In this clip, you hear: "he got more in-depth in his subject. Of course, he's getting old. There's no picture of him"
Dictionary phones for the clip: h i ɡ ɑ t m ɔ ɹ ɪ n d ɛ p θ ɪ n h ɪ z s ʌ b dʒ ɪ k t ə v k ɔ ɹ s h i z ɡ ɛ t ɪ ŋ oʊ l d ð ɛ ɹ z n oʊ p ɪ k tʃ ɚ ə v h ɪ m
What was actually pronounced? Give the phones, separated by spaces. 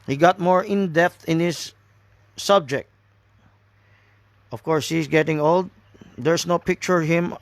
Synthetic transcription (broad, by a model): h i ɡ ɑ t m ɔ ɹ ɪ n d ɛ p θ ɪ n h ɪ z s ʌ b dʒ ɪ k t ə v k ɔ ɹ s h i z ɡ ɛ t ɪ ŋ oʊ l d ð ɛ ɹ s n oʊ p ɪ k tʃ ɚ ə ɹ h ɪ m